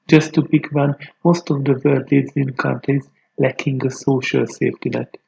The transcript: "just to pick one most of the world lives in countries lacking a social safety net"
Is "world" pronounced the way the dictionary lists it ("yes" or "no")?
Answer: no